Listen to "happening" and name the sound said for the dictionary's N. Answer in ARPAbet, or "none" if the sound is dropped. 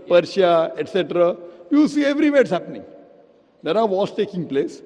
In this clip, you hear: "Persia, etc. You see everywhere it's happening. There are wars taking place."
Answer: N